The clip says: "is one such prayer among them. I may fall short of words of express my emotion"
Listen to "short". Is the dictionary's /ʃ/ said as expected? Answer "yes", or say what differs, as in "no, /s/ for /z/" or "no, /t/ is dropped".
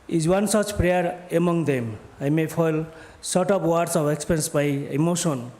no, /s/ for /ʃ/